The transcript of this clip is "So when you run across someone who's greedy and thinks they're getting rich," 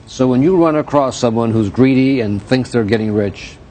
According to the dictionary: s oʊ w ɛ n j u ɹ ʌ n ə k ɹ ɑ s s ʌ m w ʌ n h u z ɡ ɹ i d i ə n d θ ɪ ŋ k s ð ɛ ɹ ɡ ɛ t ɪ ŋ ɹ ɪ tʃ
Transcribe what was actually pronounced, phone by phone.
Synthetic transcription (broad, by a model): s oʊ w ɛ n j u ɹ ʌ n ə k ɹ ɑ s s ʌ m w ʌ n h u z ɡ ɹ i d i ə n θ ɪ ŋ k s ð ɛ ɹ ɡ ɛ t ɪ ŋ ɹ ɪ tʃ